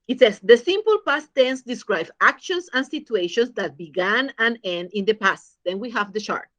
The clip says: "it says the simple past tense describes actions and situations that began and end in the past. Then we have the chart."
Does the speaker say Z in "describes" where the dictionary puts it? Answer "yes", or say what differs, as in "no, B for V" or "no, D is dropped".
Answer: no, Z is dropped